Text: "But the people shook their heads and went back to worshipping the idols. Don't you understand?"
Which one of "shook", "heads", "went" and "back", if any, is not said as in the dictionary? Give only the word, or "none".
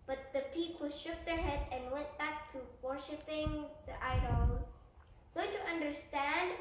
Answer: heads